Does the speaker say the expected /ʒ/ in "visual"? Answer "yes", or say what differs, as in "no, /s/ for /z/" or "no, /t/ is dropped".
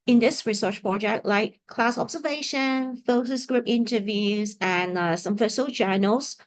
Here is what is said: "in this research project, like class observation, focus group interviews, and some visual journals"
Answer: no, /s/ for /ʒ/